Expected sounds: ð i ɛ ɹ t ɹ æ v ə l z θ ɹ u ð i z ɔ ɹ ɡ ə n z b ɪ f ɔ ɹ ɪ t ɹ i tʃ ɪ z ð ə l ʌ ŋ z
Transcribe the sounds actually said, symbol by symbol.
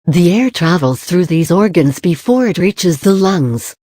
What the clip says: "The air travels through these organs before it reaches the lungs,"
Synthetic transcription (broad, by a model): ð i ɛ ɹ t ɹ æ v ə l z θ ɹ u ð i z ɔ ɹ ɡ ə n z b ɪ f ɔ ɹ ɪ t ɹ i tʃ ɪ z ð ə l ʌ ŋ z